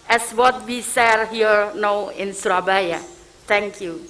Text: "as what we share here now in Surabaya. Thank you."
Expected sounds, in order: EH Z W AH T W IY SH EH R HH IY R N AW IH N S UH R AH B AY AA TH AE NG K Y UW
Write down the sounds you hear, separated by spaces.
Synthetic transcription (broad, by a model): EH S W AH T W IY S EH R HH IY R N AW IH N S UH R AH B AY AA T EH NG K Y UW